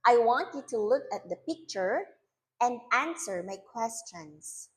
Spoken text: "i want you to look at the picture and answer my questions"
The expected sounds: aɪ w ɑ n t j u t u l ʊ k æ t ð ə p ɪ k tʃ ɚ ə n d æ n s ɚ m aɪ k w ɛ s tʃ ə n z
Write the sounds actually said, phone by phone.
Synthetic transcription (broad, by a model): aɪ w ɑ n t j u t u l ʊ k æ t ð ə p ɪ k tʃ ɚ ə n d æ n s ɚ m aɪ k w ɛ s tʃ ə n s